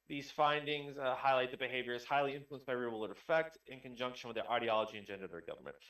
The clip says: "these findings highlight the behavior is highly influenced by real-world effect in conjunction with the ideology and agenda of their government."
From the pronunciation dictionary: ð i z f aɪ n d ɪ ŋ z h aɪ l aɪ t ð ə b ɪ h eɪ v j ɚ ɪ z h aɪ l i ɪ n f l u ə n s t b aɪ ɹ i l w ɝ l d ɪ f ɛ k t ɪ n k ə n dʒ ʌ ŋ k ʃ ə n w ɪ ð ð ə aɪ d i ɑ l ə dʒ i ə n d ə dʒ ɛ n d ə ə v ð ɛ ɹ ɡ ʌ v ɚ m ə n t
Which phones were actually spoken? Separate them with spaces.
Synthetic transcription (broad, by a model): ð i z f aɪ n d ɪ ŋ z h aɪ l aɪ t ð ə b ɪ h eɪ v j ɚ ɪ z h aɪ l i ɪ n f l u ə n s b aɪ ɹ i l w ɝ d ɪ f ɛ k t ɪ n k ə n dʒ ʌ ŋ k ʃ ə n w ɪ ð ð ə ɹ d i ɑ l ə dʒ i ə n dʒ ɛ n d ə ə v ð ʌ ɹ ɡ ʌ v ɚ m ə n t